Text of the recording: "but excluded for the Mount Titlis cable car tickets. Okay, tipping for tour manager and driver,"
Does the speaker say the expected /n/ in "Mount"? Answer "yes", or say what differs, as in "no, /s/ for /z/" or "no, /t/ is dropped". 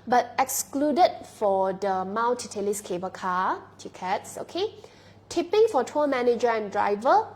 no, /l/ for /n/